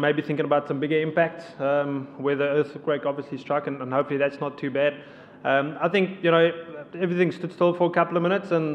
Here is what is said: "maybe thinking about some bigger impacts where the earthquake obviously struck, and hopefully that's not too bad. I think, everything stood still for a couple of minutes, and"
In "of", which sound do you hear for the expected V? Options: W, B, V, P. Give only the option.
V